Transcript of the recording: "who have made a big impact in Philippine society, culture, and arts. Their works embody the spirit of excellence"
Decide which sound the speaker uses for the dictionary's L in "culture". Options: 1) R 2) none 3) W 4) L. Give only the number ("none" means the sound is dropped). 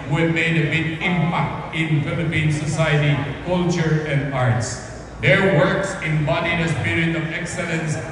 4